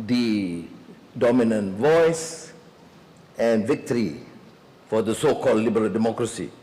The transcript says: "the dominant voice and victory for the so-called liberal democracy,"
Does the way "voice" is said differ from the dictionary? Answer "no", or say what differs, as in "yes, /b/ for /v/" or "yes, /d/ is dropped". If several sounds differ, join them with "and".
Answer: no